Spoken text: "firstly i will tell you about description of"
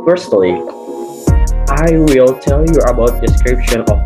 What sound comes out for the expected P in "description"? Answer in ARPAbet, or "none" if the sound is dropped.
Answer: P